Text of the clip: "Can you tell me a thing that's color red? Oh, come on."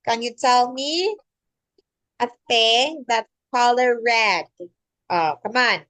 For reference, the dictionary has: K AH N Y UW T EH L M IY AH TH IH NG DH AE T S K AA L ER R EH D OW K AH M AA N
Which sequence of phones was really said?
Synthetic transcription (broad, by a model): K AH N Y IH T EH L M IY AH F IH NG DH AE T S K AA L ER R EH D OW K AH M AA N